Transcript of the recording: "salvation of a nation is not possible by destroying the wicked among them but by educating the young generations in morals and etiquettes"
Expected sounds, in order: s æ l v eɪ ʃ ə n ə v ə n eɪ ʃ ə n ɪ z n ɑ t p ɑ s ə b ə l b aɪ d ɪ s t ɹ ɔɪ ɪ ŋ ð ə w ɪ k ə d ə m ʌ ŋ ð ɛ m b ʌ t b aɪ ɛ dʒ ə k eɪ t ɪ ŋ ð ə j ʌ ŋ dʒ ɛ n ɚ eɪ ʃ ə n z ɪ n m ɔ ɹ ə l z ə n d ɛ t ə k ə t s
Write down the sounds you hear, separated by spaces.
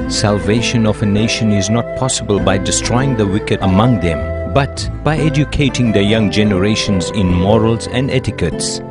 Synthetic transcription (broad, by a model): s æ l v eɪ ʃ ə n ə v ə n eɪ ʃ ə n ɪ z n ɑ t p ɑ s ə b ə l b aɪ d ɪ s t ɹ ɔɪ ɪ ŋ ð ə w ɪ k ə d ə m ʌ ŋ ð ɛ m b ʌ t b aɪ ɛ dʒ ə k eɪ t ɪ ŋ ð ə j ʌ ŋ dʒ ɛ n ɚ eɪ ʃ ə n z ɪ n m ɔ ɹ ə l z ə n d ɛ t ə k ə t s